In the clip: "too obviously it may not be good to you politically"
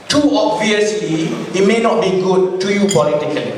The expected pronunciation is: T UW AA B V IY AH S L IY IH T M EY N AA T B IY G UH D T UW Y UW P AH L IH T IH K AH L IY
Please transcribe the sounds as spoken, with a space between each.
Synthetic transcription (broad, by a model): T UW AA B V IY AH S L IY IH T M EY N AA T B IY G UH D T UW Y UW P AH L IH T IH K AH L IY